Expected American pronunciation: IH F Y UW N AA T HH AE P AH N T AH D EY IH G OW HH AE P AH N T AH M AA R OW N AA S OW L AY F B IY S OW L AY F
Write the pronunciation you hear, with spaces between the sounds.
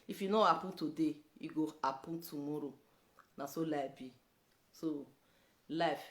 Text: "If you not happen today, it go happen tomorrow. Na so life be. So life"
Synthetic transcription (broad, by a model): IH F Y UW N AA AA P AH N T AH D EY IH G OW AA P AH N T AH M AA R OW N AA S OW L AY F B IY S OW L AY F